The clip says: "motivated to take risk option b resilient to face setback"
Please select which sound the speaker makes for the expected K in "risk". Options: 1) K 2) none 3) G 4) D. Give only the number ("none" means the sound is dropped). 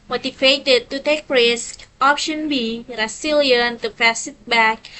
1